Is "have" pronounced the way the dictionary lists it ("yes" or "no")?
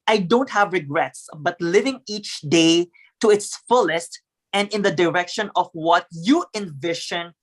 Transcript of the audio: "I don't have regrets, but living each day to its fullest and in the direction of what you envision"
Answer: yes